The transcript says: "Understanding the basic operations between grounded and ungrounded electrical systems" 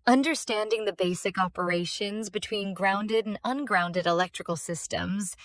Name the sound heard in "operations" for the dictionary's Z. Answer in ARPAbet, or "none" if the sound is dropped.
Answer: Z